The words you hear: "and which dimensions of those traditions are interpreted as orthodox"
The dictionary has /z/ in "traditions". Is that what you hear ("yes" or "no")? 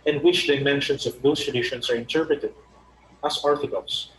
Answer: no